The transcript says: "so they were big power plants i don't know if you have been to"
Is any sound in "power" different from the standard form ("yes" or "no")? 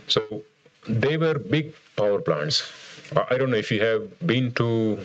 no